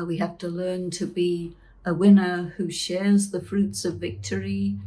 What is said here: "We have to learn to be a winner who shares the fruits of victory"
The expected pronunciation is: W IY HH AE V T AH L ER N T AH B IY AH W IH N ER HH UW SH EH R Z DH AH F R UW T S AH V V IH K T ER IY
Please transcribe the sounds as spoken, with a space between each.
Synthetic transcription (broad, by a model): W IY HH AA F T AH L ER N T AH B IY AH W IH N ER HH UW SH EH R Z DH AH F R UW T S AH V V IH K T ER IY